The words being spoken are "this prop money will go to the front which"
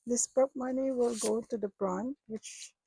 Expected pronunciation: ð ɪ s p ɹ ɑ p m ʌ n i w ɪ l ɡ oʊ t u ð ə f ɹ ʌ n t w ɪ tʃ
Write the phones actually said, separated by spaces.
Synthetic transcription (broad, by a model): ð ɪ s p ɑ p m ʌ n i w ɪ l ɡ oʊ t u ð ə p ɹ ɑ n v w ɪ tʃ